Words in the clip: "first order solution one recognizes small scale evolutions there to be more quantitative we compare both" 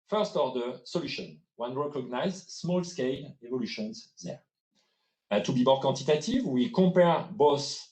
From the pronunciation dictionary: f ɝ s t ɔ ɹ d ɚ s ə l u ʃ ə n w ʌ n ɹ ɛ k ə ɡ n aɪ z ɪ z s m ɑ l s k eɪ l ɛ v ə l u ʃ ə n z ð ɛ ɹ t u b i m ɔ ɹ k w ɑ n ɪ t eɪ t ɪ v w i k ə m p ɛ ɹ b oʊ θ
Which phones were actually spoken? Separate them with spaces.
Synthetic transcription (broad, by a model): f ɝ s t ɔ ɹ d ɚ s ə l u ʃ ə n w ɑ n ɹ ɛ k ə ɡ n aɪ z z s m ɑ l s k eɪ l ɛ v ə l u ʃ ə n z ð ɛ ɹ t u b i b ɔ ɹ k ɑ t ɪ t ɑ t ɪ v w i k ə p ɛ ɹ b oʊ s